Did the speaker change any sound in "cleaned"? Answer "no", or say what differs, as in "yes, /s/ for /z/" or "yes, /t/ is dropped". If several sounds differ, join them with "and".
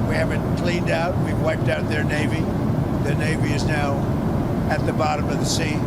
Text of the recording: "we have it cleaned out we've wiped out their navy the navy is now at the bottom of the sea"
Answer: no